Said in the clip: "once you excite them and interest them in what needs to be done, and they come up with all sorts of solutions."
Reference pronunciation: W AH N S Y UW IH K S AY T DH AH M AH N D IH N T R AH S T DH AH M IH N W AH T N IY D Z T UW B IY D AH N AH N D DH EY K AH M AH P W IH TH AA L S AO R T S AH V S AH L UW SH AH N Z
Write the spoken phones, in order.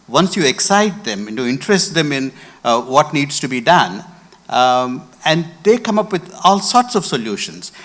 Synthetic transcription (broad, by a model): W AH N S Y UW IH K S AY T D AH M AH IH N T R AH S T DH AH M IH N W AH T N IY D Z T UW B IY D AH N AH N D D EY K AH M AH P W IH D AA L S AO R T S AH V S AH L UW SH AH N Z